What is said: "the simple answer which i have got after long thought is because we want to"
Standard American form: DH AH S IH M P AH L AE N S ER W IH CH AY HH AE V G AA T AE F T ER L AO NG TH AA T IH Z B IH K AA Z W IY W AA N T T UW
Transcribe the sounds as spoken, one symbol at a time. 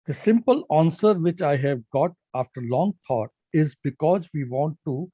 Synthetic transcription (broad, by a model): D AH S IH M P AH L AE N S ER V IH CH AY HH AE V G AA T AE F T ER L AO NG T AA T IH Z B IH K AA Z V IY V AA N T T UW